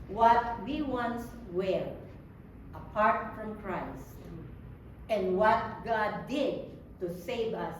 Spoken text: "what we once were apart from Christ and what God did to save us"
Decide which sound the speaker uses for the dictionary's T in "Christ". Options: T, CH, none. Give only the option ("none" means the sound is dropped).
T